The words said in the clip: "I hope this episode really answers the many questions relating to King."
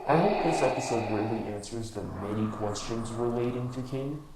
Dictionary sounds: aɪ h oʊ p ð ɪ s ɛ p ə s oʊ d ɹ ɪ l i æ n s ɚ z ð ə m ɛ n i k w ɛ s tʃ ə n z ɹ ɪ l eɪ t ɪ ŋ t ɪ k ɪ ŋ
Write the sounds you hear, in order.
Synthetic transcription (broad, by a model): aɪ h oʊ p ð ɪ s ɛ p ə s oʊ d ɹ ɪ l i æ n s ɚ z ð ə m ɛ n i k w ɛ s tʃ ə n z ɹ ɪ l eɪ t ɪ ŋ t ɪ k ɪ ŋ